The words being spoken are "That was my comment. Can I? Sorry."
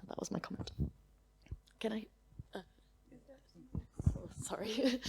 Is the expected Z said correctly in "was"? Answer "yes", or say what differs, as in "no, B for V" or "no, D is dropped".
yes